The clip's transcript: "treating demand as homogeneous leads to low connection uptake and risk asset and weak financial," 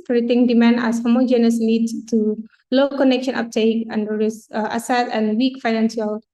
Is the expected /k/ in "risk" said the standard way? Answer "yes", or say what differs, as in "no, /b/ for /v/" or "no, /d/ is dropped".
no, /k/ is dropped